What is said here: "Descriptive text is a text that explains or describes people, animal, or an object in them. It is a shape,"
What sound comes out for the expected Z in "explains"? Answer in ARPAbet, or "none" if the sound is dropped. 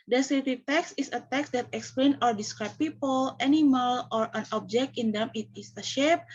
none